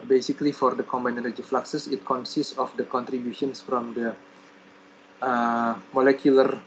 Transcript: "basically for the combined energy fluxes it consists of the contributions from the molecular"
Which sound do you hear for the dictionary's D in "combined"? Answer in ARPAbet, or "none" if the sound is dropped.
none